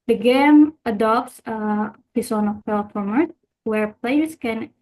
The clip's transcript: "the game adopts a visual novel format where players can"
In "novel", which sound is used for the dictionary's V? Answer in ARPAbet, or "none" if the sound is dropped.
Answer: F